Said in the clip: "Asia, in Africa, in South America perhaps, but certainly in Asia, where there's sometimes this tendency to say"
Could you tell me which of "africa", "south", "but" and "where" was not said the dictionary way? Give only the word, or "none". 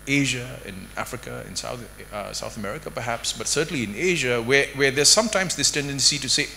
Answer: where